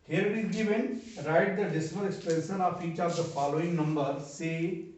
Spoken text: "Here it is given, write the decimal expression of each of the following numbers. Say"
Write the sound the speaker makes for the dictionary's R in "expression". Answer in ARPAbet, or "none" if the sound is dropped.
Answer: none